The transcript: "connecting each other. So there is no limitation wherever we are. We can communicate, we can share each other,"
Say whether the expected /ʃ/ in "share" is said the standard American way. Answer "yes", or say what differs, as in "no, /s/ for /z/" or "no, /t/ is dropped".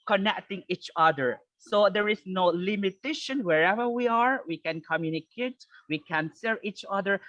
no, /s/ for /ʃ/